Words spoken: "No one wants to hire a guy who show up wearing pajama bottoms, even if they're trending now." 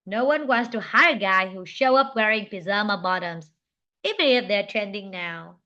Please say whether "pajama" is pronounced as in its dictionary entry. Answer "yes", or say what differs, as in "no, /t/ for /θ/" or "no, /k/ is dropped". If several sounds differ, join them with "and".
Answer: no, /z/ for /dʒ/